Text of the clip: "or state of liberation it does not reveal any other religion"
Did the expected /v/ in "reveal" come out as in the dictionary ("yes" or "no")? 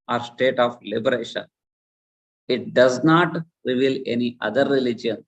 yes